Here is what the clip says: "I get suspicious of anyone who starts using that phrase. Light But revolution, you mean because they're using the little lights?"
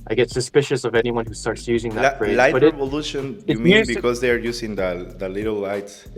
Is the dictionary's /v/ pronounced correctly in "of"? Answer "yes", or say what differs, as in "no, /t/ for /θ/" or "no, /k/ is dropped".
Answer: yes